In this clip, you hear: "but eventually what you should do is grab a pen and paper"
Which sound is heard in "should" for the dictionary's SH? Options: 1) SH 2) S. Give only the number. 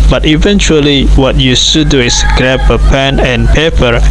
2